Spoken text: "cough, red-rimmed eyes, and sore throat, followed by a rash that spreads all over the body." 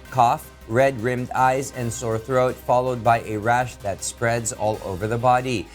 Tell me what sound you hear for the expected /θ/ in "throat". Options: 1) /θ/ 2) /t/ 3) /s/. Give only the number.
1